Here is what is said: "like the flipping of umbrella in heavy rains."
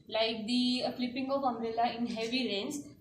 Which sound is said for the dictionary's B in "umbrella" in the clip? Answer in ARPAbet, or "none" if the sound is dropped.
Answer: none